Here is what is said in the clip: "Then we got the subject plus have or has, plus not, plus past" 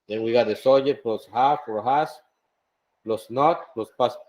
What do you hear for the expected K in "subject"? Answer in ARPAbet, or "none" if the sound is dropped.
none